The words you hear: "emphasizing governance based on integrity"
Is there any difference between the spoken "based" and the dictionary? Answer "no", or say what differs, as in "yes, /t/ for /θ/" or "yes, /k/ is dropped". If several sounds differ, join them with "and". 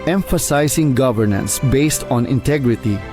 no